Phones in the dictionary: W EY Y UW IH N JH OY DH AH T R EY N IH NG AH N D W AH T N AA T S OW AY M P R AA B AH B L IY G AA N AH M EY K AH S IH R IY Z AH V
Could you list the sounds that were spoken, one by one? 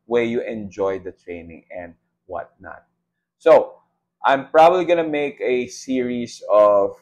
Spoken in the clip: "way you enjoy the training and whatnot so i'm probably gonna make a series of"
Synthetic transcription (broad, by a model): W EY Y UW IH N JH OY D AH T R EY N IH NG AH N D W AH T N AA T S OW AY M P R AA B AH B L IY G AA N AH M EY K AH S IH R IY S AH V